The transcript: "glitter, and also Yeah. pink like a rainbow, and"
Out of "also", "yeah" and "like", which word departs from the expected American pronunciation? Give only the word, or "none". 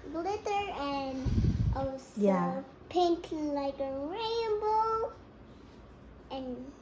also